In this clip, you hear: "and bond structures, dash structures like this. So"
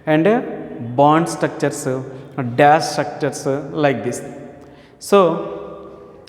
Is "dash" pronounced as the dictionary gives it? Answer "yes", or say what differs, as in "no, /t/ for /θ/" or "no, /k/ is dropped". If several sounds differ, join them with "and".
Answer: no, /s/ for /ʃ/